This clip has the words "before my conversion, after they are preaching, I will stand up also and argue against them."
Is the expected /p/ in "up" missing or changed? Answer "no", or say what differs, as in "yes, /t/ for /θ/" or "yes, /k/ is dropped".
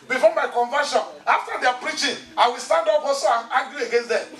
yes, /b/ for /p/